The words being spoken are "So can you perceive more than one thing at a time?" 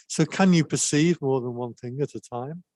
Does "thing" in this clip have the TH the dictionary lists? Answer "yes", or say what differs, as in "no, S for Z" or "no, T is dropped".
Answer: yes